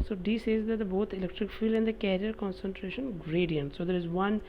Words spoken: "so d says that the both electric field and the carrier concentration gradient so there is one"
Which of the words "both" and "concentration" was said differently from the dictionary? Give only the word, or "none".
both